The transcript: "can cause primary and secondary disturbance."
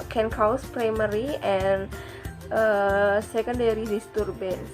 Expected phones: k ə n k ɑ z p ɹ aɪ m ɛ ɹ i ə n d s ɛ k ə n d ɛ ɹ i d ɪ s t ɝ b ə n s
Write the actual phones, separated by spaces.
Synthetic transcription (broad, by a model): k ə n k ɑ s p ɹ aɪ m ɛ ɹ i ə n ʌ s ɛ k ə n d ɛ ɹ i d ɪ s t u b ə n